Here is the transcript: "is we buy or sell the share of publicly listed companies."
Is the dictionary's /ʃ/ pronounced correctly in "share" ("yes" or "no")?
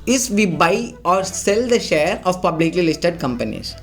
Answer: yes